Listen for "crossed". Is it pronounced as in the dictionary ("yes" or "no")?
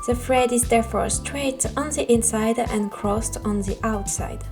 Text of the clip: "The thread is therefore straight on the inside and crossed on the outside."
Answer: yes